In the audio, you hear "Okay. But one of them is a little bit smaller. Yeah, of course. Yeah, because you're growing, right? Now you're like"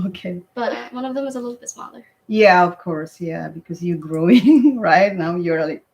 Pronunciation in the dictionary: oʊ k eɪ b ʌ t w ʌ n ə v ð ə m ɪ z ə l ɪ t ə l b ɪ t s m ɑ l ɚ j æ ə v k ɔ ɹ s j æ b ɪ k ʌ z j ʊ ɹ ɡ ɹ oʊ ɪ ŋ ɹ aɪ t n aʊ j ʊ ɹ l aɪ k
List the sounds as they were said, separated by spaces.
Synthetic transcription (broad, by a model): oʊ k eɪ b ʌ t w ʌ n ə v ð ə m ɪ z ə l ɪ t l b ɪ t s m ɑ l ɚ j æ ə v k ɔ ɹ s j æ b ɪ k ʌ z j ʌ ɹ ɡ ɹ oʊ ɪ ŋ ɹ aɪ t n aʊ j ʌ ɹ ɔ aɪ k